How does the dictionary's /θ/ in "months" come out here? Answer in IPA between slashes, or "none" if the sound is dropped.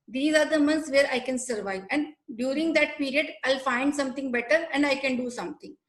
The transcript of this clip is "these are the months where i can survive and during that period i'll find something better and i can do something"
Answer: /t/